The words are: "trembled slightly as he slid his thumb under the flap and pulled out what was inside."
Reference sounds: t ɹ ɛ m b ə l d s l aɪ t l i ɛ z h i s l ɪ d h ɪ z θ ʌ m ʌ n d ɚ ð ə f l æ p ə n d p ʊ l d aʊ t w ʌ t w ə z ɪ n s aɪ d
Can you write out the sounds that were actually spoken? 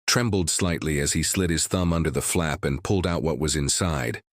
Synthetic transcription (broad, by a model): t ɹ ɛ m b l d s l aɪ t l i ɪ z i s l ɪ d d ɪ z θ ʌ m ʌ n d ɚ ð ə f l æ p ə n p ʊ l d aʊ t w ʌ t w ə z ɪ n s aɪ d